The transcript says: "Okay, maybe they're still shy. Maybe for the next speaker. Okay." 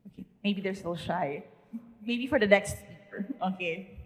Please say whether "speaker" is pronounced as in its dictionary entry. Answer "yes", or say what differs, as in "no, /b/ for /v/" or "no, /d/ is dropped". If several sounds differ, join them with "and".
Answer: no, /p/ is dropped